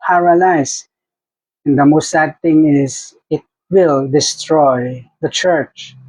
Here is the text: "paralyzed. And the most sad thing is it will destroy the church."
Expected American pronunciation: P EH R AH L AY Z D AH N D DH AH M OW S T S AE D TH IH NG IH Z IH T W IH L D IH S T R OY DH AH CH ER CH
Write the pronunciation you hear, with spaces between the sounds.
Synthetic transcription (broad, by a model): P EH R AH L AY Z AH N D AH M OW S T S AE D T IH NG IH Z IH T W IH L D IH S T R OY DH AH CH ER CH